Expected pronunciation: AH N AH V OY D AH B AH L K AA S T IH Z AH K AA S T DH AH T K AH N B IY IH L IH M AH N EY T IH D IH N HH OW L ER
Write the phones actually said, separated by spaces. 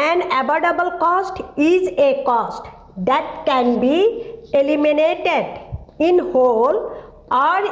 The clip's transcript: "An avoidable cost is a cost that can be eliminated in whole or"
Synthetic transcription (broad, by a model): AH N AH B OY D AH B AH L K AA S T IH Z AH K AA S T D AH T K AH N B IY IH L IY M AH N EY T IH D IH N HH OW L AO